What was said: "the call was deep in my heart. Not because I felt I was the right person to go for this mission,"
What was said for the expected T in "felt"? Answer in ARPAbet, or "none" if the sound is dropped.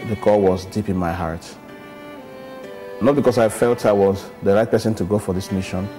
T